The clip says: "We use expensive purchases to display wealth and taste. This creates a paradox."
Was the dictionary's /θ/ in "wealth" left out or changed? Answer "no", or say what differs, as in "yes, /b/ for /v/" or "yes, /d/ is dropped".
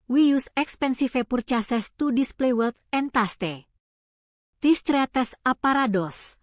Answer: yes, /t/ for /θ/